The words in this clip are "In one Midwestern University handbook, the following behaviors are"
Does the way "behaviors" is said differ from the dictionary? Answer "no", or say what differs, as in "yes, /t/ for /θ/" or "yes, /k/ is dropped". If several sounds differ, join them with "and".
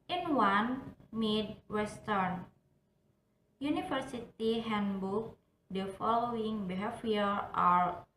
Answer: yes, /z/ is dropped